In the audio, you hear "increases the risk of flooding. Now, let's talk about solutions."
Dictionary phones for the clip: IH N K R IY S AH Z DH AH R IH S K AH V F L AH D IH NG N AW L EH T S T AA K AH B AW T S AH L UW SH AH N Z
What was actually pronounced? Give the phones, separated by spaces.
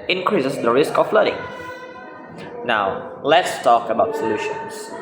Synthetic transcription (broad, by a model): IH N K R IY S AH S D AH R IH S K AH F L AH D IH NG N AW L EH T S T AA K AH B AW T S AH L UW SH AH N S